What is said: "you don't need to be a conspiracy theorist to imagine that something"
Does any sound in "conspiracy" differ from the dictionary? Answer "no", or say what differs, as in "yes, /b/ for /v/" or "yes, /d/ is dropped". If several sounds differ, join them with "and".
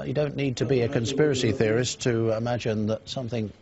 no